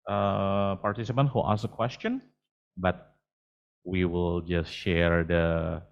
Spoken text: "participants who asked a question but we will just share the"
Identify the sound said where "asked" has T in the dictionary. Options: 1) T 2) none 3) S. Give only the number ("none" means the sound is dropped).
2